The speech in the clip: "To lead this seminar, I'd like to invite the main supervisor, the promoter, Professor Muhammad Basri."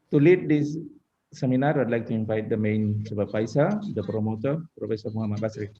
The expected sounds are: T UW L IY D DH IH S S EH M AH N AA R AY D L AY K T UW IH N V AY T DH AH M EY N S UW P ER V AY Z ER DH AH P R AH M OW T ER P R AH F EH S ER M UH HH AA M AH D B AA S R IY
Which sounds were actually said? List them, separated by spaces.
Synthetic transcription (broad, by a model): T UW L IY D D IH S S EH M AH N AA R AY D L AY K T UW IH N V AY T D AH M EY N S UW B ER P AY S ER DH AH P R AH M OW T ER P R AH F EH S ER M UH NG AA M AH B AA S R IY